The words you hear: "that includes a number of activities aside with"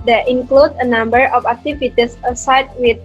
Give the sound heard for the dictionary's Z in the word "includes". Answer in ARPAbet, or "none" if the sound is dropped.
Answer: none